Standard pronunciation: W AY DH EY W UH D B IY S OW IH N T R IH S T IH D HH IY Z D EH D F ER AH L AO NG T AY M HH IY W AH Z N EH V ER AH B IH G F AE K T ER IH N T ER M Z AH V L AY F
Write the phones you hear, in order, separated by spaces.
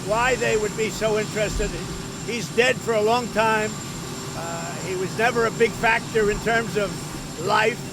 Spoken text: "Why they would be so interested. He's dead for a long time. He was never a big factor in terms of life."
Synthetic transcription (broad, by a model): W AY DH EY W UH D B IY S OW IH N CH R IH S T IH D HH IY Z D EH D F ER AH L AO NG T AY M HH IY W AH Z N EH V ER AH B IH G F AE K T ER IH N T ER M Z AH V L AY F